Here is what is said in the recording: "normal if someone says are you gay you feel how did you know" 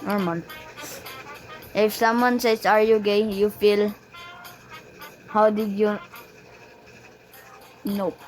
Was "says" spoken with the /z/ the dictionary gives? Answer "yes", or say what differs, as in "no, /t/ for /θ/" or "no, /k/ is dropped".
no, /s/ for /z/